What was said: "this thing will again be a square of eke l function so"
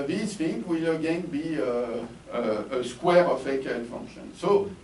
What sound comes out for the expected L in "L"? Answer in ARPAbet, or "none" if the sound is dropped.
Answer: N